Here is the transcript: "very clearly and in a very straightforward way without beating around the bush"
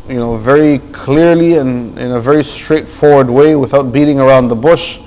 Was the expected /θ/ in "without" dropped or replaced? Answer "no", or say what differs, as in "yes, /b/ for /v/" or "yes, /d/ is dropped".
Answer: no